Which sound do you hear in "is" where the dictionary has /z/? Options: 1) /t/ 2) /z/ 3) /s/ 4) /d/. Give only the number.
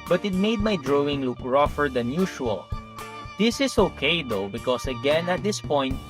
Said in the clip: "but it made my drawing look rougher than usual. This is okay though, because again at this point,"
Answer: 3